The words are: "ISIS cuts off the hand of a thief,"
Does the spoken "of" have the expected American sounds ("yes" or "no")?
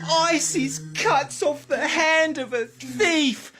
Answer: yes